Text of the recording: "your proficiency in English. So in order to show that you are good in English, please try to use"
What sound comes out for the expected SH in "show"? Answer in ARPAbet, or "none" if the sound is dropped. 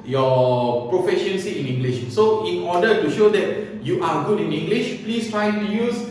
SH